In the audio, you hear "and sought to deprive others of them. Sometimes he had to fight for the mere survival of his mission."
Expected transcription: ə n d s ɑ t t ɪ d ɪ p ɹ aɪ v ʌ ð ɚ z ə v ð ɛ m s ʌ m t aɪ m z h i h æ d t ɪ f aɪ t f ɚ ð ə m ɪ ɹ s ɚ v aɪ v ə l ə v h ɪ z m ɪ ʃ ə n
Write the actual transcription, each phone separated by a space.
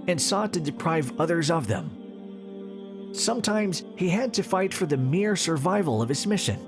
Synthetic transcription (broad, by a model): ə n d s ɑ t t ɪ d ɪ p ɹ aɪ v ʌ ð ɚ z ə v ð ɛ m s ʌ m t aɪ m z h i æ d t ɪ f aɪ t f ɚ ð ə m ɪ ɹ s ɚ v aɪ v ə l ə v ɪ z m ɪ ʃ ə n